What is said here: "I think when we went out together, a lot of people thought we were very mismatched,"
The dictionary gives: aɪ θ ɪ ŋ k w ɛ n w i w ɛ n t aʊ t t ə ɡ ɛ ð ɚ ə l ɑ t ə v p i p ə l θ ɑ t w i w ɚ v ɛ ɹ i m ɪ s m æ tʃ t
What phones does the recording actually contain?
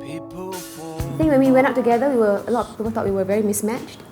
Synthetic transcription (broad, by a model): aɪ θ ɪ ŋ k w ɛ n w i w ɛ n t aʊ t t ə ɡ ɛ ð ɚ ə w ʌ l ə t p i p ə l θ ɑ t w i w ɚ v ɛ ɹ i m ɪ s m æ tʃ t